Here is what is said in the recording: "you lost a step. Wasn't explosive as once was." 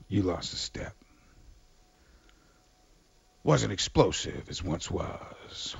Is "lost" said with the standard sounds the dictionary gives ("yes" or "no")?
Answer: yes